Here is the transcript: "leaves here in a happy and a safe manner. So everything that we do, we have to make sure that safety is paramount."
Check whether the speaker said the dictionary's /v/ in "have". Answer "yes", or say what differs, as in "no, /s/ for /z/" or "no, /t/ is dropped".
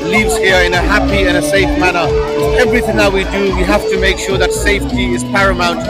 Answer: no, /f/ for /v/